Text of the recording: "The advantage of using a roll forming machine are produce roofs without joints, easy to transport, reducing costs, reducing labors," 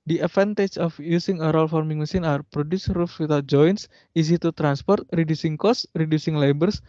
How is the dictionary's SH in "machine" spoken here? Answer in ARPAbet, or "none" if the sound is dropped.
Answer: S